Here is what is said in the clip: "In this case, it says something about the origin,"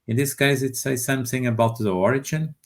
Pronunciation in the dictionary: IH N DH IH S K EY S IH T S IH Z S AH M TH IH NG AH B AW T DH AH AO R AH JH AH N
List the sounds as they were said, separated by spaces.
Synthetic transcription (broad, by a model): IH N DH IH S K EY S IH T S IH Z S AH M TH IH NG AH B AW T DH AH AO R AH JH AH N